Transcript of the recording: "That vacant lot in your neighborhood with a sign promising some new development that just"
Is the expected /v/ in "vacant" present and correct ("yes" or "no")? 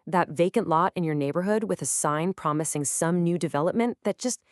yes